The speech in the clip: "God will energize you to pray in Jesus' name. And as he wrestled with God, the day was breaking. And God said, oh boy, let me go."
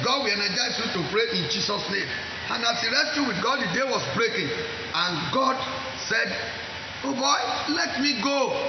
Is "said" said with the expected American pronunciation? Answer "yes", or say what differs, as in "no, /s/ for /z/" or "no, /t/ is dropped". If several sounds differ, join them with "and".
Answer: yes